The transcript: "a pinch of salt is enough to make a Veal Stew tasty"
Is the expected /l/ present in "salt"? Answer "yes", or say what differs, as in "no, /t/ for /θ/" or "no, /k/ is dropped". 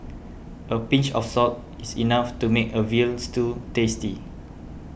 no, /l/ is dropped